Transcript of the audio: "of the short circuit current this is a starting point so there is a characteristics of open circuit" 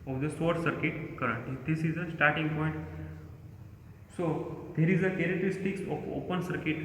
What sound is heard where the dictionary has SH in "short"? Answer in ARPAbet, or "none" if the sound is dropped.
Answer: S